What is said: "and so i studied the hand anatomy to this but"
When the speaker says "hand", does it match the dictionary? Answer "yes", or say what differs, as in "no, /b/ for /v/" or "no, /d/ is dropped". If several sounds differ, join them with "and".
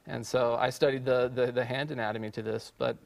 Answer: yes